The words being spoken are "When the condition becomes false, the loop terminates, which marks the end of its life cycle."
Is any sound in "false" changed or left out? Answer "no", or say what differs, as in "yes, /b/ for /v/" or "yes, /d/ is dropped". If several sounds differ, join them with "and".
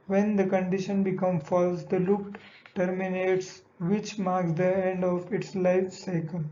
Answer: no